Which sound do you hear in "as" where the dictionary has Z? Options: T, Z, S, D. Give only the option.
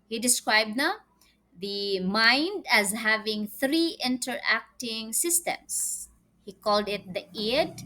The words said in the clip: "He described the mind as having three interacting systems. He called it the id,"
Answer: Z